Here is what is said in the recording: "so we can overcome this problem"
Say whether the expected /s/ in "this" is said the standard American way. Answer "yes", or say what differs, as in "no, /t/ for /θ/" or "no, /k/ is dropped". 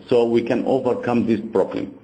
yes